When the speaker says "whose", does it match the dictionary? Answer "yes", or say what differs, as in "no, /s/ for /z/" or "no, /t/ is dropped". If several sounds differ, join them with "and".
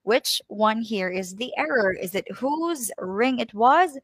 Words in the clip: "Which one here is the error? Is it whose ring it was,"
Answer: yes